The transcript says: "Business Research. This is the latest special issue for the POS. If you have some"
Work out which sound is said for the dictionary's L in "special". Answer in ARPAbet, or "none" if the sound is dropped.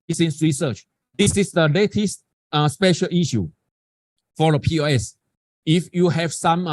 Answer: L